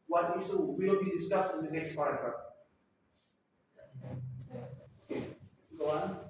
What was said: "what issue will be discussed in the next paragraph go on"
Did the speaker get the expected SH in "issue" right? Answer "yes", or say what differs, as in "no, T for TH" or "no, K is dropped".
no, S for SH